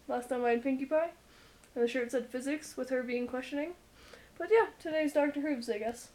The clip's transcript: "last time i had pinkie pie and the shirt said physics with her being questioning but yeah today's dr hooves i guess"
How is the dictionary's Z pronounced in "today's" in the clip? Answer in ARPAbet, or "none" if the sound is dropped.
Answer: Z